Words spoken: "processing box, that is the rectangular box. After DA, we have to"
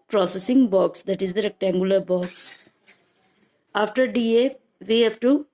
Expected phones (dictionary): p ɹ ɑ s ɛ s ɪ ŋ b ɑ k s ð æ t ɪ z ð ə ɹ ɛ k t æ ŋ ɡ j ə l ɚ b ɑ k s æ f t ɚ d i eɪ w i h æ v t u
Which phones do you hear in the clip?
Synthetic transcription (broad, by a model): p ɹ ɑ s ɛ s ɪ ŋ b ɑ k s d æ t ɪ z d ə ɹ ɛ k t æ ŋ ɡ j ə l ɚ b ɑ k s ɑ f t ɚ d i eɪ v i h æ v t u